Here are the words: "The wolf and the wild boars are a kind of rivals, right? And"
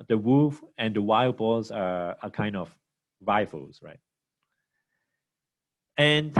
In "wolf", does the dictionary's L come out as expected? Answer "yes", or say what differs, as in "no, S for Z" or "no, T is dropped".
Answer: no, L is dropped